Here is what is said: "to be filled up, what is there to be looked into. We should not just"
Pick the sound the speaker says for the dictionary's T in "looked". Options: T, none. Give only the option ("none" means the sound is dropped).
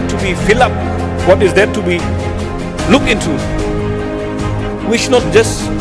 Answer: none